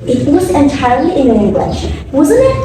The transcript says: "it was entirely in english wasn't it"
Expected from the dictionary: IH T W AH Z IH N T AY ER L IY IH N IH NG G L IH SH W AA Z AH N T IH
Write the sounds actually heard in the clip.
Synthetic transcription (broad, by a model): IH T W AH Z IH N T AY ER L IY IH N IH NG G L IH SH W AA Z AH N IH